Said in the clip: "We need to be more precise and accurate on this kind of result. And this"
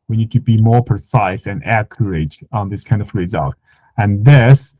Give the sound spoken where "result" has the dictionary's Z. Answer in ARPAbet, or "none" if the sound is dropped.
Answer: Z